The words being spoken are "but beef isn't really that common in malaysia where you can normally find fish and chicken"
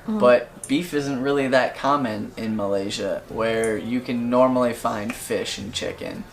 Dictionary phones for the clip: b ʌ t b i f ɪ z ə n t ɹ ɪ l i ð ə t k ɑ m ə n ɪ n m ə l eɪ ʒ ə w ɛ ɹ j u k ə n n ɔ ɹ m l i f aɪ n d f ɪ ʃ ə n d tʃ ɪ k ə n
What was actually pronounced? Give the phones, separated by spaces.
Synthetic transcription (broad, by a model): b ʌ t b i f ɪ z ə n t ɹ ɪ l i ð ə t k ɑ m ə n ɪ n m ə l eɪ ʒ ə w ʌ ɹ j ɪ k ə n n ɔ ɹ m l i f aɪ n d f ɪ ʃ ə n tʃ ɪ k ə n